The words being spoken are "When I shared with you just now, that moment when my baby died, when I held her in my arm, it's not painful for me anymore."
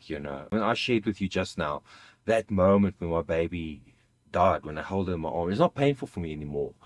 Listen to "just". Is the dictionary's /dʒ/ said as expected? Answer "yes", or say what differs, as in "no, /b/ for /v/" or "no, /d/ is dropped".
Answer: yes